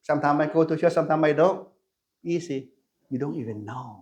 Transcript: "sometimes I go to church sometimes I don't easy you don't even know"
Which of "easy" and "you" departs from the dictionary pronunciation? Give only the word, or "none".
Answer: easy